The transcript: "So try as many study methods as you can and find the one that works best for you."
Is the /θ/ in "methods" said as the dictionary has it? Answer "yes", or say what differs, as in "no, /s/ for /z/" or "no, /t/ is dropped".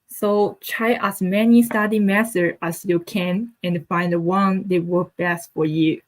no, /s/ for /θ/